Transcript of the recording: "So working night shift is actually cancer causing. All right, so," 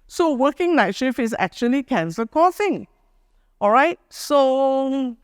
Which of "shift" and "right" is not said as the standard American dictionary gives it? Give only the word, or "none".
shift